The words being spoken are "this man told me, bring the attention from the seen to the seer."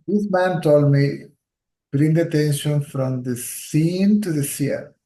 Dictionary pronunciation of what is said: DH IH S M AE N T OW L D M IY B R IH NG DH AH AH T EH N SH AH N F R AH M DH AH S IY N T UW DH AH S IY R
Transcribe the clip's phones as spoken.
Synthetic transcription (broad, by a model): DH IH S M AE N T OW L D M IY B R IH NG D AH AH T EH N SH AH N F R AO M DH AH S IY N T UW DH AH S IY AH